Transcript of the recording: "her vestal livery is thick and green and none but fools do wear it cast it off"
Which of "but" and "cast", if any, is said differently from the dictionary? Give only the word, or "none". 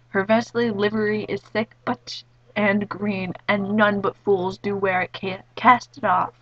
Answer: none